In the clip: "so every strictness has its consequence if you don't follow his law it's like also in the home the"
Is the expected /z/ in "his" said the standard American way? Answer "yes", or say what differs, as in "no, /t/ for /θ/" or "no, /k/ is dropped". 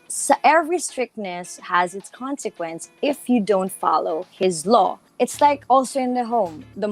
yes